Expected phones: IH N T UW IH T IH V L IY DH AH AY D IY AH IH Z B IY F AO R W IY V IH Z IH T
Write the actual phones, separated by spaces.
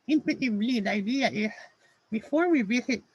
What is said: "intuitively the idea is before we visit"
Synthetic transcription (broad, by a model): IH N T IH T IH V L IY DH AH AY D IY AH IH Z B IY F AO R W IY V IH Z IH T